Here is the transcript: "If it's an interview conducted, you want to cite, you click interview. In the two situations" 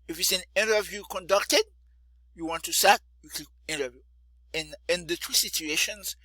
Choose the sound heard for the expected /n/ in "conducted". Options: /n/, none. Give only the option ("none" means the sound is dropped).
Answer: /n/